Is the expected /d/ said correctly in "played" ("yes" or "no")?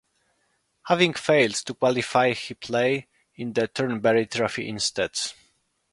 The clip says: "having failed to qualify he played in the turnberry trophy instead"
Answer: no